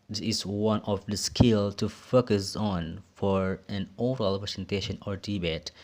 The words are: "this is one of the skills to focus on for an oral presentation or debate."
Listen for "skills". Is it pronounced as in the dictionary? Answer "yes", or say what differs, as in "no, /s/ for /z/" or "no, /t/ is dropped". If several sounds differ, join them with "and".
no, /z/ is dropped